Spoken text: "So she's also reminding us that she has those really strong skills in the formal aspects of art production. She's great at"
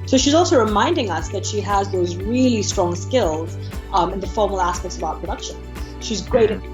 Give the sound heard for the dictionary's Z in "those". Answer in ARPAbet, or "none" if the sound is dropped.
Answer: Z